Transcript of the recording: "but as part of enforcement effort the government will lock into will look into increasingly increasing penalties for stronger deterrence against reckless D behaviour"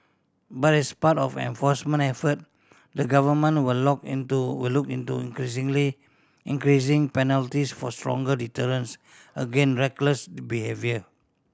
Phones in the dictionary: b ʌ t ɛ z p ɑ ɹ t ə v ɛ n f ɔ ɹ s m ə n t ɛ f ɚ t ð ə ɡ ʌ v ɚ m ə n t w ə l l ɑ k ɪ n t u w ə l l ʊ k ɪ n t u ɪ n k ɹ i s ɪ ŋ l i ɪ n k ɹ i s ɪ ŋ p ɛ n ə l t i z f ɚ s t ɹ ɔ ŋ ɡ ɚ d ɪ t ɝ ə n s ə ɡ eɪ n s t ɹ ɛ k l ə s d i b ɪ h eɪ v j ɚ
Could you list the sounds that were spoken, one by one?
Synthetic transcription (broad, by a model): b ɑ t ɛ s p ɑ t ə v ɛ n f ɔ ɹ s m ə n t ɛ f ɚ t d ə ɡ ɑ v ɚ m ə n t w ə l l ɑ k ɪ n t u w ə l l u k ɪ n t u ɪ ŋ k ɹ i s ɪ ŋ l i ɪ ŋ k ɹ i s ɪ ŋ p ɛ n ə l t i s f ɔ s t ɹ ɔ ŋ ɡ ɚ d ɪ t ɝ ə n s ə ɡ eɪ n ɹ ɛ k l ə s b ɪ h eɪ v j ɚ